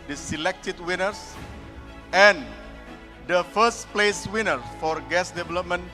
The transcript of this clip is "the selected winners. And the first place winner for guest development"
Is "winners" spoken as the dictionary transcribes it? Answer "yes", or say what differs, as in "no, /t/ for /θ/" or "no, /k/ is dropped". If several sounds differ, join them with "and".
no, /s/ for /z/